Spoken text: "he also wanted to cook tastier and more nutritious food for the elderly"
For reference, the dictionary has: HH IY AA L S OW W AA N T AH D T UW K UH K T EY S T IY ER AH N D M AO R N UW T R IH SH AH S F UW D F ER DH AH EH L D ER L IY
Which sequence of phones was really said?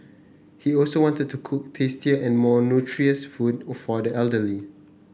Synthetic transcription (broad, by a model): HH IY AA L S OW W AA N T AH D T UW K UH K T EY S T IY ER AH N M AO N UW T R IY AH S F UW D F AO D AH EH L D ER L IY